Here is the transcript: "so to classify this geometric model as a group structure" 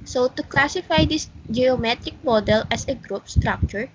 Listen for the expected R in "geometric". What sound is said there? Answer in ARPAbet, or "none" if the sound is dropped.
R